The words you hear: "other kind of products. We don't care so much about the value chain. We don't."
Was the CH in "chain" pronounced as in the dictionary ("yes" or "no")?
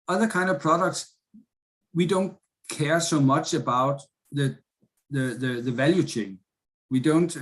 yes